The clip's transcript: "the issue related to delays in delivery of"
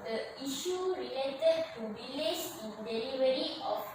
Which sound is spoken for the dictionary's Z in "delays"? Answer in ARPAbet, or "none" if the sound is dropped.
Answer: S